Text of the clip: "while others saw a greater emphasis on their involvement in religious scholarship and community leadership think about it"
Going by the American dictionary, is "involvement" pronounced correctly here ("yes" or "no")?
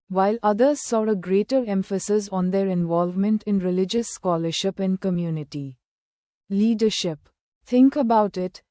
yes